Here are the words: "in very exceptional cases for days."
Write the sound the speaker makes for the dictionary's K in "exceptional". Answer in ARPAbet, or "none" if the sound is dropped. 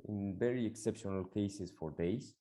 K